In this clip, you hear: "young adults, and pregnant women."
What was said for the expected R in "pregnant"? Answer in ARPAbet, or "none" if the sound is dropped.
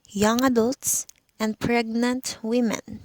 R